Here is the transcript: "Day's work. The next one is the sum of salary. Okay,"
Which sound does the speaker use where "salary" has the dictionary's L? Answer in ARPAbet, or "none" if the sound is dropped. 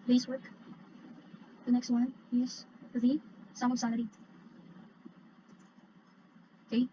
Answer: N